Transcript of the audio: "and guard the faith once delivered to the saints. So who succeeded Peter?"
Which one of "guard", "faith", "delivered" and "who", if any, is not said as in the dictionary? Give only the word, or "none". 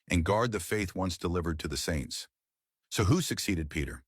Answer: none